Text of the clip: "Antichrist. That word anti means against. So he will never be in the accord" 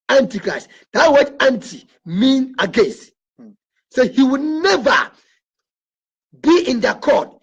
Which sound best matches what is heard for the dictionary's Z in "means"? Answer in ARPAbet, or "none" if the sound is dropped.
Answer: none